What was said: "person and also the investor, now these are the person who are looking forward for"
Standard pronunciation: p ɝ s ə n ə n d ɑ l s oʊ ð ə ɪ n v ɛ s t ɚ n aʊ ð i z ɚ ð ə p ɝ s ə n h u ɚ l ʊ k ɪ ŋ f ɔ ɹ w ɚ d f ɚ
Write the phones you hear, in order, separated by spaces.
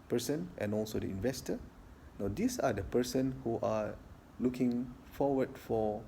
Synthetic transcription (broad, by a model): p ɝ s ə n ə n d ɑ l s oʊ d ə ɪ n v ɛ s t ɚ n aʊ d i s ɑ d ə p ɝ s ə n h u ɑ l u k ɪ ŋ f ɔ w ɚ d f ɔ